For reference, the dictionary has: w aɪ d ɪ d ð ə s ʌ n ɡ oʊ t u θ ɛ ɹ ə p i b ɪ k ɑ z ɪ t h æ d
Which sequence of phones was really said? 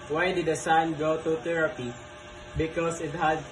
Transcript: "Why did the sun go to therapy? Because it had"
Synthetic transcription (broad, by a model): w aɪ d ɪ d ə s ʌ n ɡ oʊ t u t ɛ ɹ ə p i b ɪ k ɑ s ɪ t h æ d